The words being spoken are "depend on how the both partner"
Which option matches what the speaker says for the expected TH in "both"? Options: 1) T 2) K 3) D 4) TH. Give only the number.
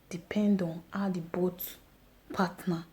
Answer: 1